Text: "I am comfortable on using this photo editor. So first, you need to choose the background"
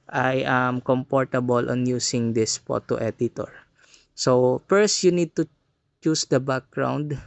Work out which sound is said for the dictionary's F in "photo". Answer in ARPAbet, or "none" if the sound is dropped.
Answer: P